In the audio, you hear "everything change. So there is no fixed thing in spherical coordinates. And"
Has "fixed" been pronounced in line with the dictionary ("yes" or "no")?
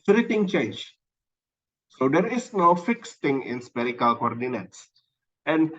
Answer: yes